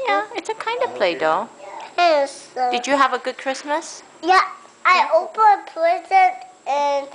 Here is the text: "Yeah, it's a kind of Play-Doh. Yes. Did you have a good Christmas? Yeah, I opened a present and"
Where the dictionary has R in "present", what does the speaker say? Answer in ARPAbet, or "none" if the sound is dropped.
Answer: L